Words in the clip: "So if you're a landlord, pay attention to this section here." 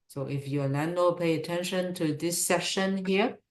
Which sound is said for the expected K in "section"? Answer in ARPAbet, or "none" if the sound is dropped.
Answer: none